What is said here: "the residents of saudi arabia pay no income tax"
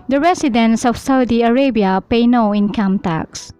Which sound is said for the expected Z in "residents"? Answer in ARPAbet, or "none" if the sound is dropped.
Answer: S